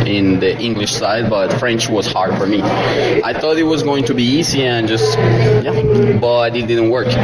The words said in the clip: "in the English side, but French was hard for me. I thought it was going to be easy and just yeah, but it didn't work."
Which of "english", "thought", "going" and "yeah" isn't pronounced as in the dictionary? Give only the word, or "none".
none